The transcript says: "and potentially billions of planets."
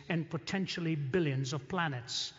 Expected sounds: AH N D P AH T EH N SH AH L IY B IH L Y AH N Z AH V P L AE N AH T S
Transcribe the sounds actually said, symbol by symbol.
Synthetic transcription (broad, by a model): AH N P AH T EH N SH L IY B IH L Y AH N Z AH V P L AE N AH T S